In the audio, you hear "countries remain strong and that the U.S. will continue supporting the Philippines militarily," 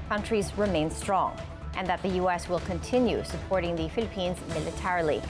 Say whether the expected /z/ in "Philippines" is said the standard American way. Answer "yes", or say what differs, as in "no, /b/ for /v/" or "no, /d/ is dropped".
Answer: yes